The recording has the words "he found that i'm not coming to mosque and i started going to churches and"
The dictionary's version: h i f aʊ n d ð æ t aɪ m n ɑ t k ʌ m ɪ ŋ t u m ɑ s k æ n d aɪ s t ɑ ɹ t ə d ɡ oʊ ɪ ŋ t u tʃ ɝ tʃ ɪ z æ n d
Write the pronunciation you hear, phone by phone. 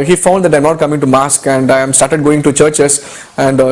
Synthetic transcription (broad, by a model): h i f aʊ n d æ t aɪ m n ɑ t k ʌ m ɪ ŋ t u m ɑ s k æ n d aɪ s t ɑ ɹ t ə d ɡ oʊ ɪ ŋ t u tʃ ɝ tʃ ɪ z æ n d